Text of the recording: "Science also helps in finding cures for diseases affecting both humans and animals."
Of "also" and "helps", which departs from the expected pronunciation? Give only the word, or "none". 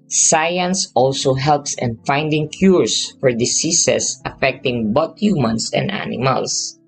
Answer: none